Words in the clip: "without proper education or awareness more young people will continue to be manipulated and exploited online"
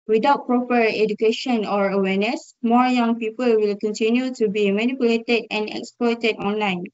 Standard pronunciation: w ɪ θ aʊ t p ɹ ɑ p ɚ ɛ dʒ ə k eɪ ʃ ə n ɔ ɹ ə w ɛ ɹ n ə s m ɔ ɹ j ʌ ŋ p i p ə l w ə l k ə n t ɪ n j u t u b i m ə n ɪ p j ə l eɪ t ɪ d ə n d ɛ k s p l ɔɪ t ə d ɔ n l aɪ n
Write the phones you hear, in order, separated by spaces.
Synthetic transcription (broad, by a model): w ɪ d aʊ t p ɹ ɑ p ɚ ɛ dʒ ə k eɪ ʃ ə n ɔ ɹ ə w ɛ n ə s m ɔ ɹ j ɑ ŋ p i p ə l w ə l k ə n t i n j u t u b i m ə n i p j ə l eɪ t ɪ d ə n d ɛ k s p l ɔɪ t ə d ɔ n l aɪ n